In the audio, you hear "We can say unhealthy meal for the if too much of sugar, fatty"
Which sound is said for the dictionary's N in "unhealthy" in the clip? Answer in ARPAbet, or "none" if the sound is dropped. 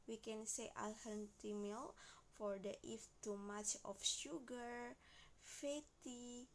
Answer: L